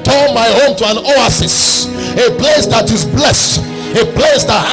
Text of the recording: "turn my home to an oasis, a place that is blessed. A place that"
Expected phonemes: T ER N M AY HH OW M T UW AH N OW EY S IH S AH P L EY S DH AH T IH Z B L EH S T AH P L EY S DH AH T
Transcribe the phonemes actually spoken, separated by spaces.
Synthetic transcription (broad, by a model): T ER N M AY HH OW M T UW AH N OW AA S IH S AH P L EY S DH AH T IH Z B L EH S T AH P L EY S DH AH T